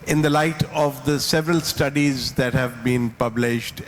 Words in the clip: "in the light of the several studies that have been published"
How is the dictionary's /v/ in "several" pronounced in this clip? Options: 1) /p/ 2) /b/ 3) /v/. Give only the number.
3